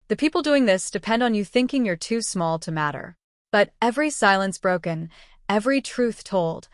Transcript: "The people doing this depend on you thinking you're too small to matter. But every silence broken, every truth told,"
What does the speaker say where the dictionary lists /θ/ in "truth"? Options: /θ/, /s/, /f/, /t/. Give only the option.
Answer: /θ/